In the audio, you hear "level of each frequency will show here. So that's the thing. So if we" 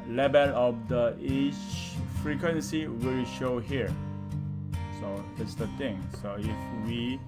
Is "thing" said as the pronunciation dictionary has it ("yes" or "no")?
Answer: no